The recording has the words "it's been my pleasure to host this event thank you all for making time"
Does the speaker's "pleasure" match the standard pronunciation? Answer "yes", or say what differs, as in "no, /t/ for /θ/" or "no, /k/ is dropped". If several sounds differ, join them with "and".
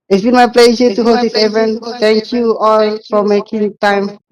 no, /s/ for /ʒ/